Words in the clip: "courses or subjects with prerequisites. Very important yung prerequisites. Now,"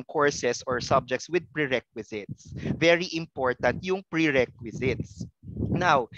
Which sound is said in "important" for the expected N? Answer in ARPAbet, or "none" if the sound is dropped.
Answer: N